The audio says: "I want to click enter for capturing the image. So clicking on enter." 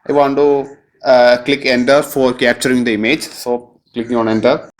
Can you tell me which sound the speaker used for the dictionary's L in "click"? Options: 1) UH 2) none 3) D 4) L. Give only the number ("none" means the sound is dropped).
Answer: 4